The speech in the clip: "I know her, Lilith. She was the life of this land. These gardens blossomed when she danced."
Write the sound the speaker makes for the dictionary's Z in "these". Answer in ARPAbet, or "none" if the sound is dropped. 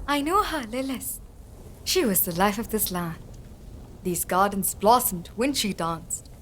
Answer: Z